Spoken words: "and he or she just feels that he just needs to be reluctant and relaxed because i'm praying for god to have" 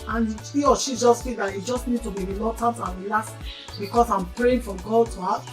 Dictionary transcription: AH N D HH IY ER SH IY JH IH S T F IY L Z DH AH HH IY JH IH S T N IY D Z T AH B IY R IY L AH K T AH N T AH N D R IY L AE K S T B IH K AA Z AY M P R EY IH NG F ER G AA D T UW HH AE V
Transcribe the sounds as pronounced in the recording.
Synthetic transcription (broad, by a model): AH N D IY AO SH IY JH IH S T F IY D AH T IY JH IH S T N IY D T AH B IY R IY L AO T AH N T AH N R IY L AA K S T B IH K AA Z AY M P R EY IH NG F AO G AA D T UW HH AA